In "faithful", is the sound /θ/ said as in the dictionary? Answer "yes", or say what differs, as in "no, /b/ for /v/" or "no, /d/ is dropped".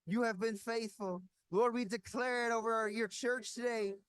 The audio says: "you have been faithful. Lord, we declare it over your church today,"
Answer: yes